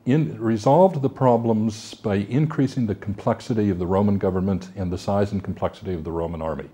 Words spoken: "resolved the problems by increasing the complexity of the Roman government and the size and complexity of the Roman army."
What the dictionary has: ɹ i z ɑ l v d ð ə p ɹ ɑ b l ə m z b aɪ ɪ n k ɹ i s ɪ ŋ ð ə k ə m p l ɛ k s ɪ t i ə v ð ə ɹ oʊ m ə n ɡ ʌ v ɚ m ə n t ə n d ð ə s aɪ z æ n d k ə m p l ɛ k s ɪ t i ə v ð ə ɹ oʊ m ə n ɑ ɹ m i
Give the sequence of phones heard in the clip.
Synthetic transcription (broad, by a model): ɹ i z ɑ l v ð ə p ɹ ɑ b l ə m z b aɪ ɪ n k ɹ i s ɪ ŋ ð ə k m p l ɛ k s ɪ t i ə v ð ə ɹ oʊ m ə n ɡ ʌ v ɚ m ə n t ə n ð ə s aɪ z n k m p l ɛ k s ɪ t i ə v ð ə ɹ oʊ m ə n ɑ ɹ m i